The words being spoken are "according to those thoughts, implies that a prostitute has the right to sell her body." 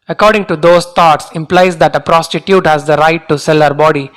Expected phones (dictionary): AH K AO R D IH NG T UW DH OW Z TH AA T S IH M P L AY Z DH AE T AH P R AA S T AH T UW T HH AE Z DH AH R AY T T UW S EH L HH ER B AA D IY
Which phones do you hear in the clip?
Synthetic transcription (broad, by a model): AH K AO R D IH NG T UW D OW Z T AA T S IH M P L AY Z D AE T AH P R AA S T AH T UW T HH AE Z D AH R AY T T UW S EH L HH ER B AA D IY